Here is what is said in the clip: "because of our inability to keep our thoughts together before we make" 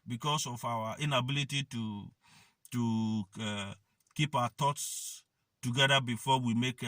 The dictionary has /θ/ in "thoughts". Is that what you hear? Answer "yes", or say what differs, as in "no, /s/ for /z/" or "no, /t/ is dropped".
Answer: no, /t/ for /θ/